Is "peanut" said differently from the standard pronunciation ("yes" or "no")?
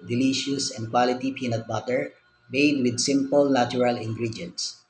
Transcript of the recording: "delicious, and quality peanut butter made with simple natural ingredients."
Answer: no